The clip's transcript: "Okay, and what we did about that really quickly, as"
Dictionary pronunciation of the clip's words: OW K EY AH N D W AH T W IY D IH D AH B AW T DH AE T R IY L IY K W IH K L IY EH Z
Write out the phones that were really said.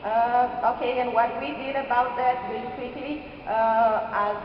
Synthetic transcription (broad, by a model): OW K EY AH N W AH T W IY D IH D AH B AW T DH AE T W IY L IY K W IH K L IY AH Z